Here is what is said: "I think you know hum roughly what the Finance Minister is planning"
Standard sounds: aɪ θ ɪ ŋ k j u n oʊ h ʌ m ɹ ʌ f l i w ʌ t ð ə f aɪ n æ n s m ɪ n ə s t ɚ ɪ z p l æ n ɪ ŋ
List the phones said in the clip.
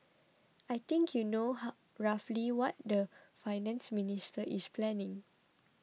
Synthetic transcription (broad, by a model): aɪ t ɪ ŋ k j u n oʊ h ɹ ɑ f l i w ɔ t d ə f aɪ n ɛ n s m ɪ n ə s t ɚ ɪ s p l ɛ n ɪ ŋ